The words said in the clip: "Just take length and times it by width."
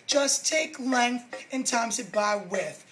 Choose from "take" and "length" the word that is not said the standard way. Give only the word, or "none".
none